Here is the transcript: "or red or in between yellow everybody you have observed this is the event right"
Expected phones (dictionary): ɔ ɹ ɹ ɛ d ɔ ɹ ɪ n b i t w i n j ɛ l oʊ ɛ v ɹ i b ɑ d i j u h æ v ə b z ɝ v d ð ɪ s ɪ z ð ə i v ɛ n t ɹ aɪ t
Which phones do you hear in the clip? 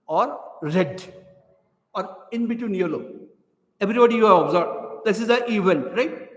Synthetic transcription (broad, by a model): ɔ ɹ ɹ ɛ d ɔ ɹ ɪ n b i t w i n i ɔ l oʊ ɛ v ɹ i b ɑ d i j u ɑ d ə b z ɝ b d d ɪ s ɪ z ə i v ɛ n t ɹ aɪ t